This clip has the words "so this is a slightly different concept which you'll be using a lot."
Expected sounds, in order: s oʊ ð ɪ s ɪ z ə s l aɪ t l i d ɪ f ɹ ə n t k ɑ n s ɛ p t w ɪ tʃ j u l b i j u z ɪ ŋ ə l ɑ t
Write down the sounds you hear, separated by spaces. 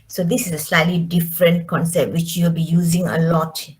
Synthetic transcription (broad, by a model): s oʊ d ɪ s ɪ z ə s l aɪ t l i d ɪ f ɹ ə n t k ɑ n s ɛ p t w ɪ tʃ j u l b i j u z ɪ ŋ ə l ɑ t